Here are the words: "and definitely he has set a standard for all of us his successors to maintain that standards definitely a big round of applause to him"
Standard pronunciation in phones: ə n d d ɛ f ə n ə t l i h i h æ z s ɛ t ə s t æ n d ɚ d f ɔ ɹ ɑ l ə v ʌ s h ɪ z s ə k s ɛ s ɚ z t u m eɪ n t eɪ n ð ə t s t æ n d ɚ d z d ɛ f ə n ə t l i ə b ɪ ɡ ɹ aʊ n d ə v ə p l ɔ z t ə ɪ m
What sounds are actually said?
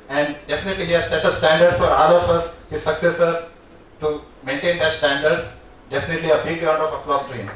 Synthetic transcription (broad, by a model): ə n d d ɛ f ə n ə t l i h i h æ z s ɛ t ə s t æ n d ɚ d f ɔ ɹ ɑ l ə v ʌ s h ɪ z s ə k s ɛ s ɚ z t u m eɪ n t eɪ n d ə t s t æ n d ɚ d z d ɛ f ə n ə t l i ə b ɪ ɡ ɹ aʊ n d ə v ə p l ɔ s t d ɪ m